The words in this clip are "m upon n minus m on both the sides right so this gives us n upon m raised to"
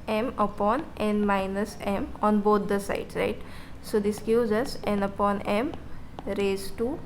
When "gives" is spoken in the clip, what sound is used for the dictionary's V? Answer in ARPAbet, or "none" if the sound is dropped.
none